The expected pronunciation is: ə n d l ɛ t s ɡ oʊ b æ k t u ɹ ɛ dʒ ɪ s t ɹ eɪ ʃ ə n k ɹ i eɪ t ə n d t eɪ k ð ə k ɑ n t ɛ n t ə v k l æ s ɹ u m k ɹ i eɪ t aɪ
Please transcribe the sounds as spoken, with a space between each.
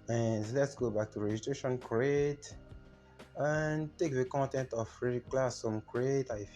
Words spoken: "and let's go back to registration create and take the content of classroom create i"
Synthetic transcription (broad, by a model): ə n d l ɛ t s ɡ oʊ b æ k t u ɹ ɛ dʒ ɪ s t ɹ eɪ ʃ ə n k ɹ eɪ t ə n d t eɪ k ð ə k ɑ n t ɛ n t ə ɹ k l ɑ s ɔ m k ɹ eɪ t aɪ